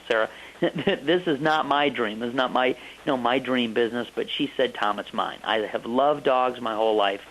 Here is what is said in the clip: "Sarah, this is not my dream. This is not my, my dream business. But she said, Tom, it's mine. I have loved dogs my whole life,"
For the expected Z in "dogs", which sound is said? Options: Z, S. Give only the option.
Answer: Z